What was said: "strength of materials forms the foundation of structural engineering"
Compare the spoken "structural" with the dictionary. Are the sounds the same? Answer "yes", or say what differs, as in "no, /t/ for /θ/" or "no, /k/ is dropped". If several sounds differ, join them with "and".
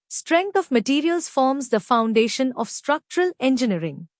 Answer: yes